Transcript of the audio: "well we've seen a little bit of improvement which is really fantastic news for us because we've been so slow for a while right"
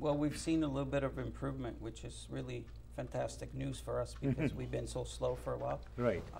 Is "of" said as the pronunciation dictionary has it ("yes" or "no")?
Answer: yes